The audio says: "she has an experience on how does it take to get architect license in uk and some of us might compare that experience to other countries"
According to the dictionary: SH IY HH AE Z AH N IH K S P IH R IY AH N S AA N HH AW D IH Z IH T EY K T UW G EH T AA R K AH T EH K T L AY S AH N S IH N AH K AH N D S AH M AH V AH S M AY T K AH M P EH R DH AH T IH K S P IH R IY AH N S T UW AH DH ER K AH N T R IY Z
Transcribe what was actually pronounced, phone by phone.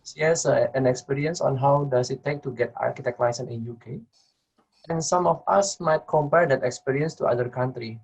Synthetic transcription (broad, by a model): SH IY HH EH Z AH N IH K S P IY R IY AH N S AA N HH AW D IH S IH T EY K T UW G EH T AA R K AH T EH K T L AY S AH N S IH N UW K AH N S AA M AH F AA S M AY T K AH M P EH R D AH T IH K S P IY R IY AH N S T UW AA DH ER K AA N T R IY